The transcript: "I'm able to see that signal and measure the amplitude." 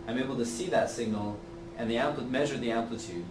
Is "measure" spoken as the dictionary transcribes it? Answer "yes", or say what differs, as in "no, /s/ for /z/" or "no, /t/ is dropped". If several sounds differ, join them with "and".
yes